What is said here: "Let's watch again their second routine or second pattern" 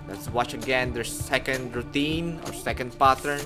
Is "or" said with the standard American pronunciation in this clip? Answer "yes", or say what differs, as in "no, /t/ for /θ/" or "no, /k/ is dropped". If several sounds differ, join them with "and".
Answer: yes